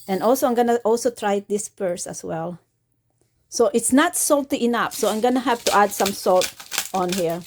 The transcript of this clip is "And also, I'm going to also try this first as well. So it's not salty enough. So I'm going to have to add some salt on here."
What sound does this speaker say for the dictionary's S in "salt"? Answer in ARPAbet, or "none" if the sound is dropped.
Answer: S